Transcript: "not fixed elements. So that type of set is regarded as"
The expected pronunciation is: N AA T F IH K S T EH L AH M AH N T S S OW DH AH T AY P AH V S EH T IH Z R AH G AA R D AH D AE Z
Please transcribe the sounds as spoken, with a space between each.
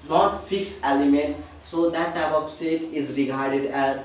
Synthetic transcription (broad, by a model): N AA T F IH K S EH L AH M AH N T S S OW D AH T AY P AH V S EH T IH Z R AH G AA R D AH D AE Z